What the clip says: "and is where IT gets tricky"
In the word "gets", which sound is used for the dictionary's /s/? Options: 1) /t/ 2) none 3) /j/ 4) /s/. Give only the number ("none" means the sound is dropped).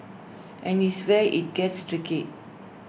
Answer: 4